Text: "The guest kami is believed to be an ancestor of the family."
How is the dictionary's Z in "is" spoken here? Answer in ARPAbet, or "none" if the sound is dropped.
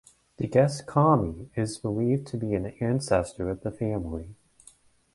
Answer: Z